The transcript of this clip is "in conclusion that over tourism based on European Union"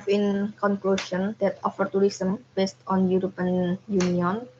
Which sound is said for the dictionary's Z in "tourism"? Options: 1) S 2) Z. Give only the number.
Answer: 1